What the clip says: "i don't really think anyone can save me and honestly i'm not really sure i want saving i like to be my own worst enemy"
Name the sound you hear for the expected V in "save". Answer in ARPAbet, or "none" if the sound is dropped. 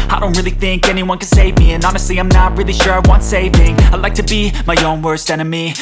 V